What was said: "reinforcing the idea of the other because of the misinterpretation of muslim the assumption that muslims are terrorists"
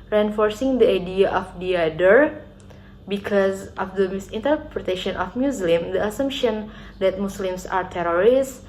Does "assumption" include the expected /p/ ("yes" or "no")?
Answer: yes